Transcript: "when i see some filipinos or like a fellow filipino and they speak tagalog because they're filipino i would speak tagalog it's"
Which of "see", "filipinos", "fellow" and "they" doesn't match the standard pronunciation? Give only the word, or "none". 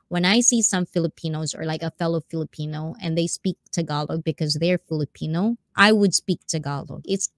none